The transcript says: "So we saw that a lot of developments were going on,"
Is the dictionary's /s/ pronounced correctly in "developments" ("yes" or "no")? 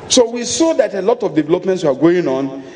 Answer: yes